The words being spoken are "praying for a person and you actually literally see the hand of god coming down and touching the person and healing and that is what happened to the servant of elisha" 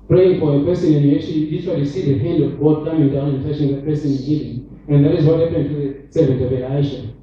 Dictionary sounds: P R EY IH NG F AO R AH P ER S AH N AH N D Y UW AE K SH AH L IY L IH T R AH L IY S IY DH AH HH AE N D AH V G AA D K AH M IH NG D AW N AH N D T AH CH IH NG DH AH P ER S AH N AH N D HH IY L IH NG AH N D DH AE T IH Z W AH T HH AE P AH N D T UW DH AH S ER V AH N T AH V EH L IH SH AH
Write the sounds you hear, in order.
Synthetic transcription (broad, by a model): P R EY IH NG F AO R AH P ER S AH N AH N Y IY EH SH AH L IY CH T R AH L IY S IY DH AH HH AE N D AH V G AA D K AH M IH NG D AW N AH N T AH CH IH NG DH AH P ER S AH N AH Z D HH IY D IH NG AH N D DH AE T IH Z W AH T HH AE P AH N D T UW DH AH S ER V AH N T AH V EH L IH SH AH